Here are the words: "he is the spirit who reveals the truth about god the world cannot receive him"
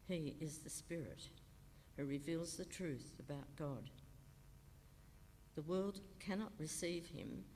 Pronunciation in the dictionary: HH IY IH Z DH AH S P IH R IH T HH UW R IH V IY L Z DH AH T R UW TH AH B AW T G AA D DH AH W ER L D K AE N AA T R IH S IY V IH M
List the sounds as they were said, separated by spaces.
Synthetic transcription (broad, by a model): HH IY IH Z DH AH S P IH R IH T HH UW R IH V IY L Z DH AH T R UW TH AH B AW T G AA D DH AH W ER L D K AE N AA T R IH S IY V IH M